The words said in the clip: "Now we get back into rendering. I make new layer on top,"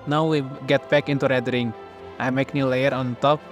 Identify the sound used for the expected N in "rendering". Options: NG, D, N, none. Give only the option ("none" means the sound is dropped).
none